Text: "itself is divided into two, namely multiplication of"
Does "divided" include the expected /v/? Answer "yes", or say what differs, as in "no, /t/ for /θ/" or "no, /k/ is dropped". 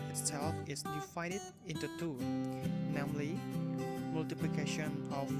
no, /f/ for /v/